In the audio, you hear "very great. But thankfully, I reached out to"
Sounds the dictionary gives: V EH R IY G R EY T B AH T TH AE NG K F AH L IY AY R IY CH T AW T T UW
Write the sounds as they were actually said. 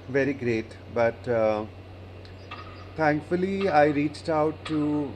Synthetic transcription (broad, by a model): V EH R IY G R EY T B AH T T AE NG K F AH L IY AY R IY CH T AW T T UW